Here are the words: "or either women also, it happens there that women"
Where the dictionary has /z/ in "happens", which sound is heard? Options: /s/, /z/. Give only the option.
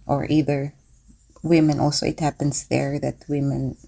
/s/